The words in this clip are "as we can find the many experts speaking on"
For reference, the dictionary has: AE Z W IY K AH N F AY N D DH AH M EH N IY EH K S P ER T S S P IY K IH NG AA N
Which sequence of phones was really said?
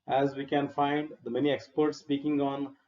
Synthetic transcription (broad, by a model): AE Z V IY K AH N F AY N D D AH M EH N IY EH K S P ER T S S P IY K IH NG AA N